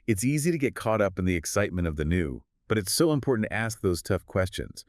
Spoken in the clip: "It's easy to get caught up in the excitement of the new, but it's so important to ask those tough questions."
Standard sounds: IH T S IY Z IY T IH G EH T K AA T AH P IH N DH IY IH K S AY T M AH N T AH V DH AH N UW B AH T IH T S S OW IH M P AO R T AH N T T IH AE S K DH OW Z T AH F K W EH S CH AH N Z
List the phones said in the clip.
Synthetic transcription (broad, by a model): IH T S IY Z IY T IH G EH T K AA T AH P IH N DH IY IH K S AY T M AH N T AH V DH AH N UW B AH T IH T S S OW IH M P AO R T N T T IH AE S K DH OW Z T AH F K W EH S CH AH N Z